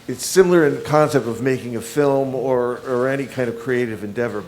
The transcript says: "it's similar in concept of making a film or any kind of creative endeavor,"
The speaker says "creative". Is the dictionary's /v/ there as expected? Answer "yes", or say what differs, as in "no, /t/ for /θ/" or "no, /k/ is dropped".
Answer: yes